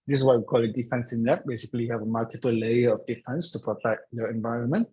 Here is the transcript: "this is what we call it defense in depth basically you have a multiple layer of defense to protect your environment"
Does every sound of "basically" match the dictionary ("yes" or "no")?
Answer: no